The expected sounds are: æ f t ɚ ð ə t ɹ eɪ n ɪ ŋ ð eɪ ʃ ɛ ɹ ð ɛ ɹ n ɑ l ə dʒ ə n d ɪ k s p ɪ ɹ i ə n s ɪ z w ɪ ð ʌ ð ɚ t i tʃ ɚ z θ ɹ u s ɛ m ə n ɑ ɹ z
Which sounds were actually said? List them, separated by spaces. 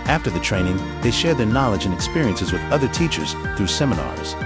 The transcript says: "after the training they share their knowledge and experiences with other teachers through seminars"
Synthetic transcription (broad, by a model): æ f t ɚ ð ə t ɹ eɪ n ɪ ŋ ð eɪ ʃ ɛ ɹ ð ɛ ɹ n ɑ l ə dʒ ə n ɪ k s p ɪ ɹ i ə n s ɪ z w ɪ ð ʌ ð ɚ t i tʃ ɚ z θ ɹ u s ɛ m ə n ɑ ɹ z